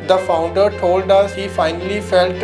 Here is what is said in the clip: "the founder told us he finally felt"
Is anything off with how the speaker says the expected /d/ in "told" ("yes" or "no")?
no